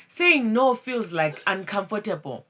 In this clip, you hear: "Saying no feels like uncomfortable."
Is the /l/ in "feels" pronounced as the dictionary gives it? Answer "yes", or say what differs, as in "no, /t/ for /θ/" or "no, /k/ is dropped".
yes